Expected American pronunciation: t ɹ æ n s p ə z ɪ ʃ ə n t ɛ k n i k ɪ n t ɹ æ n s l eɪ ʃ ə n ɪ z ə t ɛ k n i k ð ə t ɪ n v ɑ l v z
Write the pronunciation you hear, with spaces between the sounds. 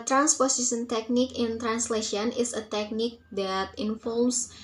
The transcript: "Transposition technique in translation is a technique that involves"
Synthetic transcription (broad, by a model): t ɹ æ n s p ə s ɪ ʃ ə n t ɛ k n i k ɪ n t ɹ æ n s l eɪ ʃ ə n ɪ s ə t ɛ k n i k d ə t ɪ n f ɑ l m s